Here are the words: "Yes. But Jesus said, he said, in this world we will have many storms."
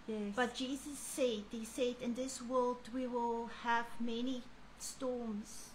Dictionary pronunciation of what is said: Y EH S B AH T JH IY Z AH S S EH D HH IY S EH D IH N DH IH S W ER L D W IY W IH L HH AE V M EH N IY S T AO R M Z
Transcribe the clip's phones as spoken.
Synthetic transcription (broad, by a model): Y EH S B AH T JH IY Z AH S S EH D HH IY S EH D IH N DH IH S W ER L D W IY W IH L HH AE V M EH N IY S T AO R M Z